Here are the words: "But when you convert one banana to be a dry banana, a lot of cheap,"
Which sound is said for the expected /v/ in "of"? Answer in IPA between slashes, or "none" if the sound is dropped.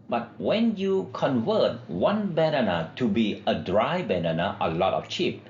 /f/